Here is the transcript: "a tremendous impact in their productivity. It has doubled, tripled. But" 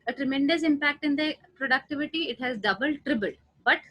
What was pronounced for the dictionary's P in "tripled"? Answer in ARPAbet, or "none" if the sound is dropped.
B